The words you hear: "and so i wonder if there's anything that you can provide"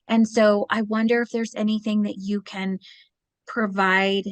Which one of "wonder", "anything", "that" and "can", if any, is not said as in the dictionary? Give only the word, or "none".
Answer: none